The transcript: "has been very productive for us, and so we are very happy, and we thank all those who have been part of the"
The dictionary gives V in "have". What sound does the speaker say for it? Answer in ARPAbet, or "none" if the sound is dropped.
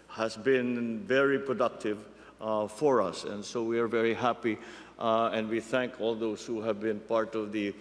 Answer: V